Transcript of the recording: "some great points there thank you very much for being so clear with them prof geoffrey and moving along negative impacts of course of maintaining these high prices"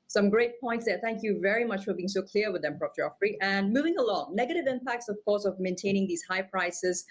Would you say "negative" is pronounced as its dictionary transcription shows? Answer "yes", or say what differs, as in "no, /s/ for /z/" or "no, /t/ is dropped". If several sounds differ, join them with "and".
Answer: yes